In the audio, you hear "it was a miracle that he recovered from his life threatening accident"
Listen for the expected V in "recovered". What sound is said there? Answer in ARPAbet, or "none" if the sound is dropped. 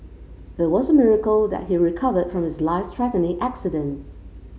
V